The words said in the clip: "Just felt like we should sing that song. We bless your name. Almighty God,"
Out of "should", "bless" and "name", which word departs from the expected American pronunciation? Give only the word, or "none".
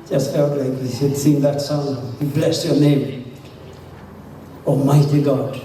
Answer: should